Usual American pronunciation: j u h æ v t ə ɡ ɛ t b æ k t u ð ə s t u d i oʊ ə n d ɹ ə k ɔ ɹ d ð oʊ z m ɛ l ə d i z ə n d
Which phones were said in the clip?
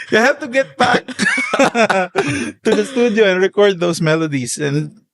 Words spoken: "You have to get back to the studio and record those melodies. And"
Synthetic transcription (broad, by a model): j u h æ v t ə ɡ ɛ t b æ k t u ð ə s t u d i oʊ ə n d ɹ ə k ɔ ɹ d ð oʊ s m ɛ l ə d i s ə n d